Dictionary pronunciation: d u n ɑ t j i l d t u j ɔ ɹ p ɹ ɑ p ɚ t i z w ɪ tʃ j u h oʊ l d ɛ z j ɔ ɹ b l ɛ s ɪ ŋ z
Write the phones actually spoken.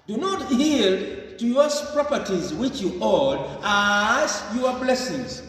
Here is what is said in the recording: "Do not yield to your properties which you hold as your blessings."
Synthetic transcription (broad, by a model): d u n ɑ t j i l t u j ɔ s p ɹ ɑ p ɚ t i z w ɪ tʃ j u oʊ d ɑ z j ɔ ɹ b l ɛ s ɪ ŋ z